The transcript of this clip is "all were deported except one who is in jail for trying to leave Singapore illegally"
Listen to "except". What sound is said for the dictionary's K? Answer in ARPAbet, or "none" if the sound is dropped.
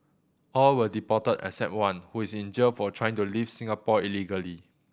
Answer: none